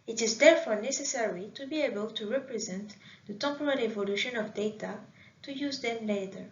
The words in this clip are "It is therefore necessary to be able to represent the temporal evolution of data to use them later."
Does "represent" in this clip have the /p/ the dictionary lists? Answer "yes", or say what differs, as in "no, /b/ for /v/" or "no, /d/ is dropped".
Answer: yes